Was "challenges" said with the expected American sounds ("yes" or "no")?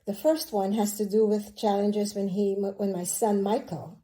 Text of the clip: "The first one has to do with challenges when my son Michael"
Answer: yes